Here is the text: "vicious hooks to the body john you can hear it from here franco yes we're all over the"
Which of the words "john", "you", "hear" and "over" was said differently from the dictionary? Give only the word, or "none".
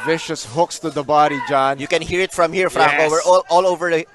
none